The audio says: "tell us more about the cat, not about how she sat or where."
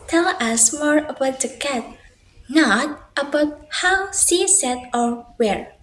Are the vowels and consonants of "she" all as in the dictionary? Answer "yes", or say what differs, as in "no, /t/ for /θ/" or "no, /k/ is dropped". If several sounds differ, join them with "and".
no, /s/ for /ʃ/